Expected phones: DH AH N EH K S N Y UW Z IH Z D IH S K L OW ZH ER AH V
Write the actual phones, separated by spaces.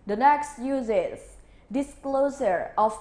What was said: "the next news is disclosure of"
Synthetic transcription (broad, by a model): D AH N EH K S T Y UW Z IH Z D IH S K L OW S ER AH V